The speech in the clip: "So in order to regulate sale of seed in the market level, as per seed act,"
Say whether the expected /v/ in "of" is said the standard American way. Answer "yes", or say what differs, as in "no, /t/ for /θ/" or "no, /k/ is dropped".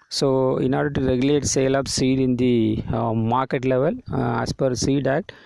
no, /p/ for /v/